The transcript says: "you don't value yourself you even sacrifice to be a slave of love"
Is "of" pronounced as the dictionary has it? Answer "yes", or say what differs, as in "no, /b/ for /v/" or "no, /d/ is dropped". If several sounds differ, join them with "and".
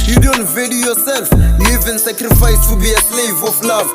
no, /f/ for /v/